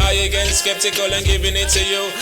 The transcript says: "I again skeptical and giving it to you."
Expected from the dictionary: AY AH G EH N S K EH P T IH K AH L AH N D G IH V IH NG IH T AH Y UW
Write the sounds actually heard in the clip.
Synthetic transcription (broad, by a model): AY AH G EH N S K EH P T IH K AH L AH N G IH B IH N IH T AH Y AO